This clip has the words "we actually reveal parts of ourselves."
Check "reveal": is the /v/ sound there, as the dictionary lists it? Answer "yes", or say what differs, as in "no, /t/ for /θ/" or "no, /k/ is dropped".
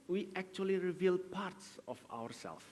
yes